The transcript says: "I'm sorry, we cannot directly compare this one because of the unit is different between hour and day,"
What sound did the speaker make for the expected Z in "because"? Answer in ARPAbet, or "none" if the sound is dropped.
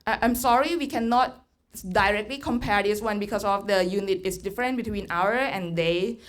S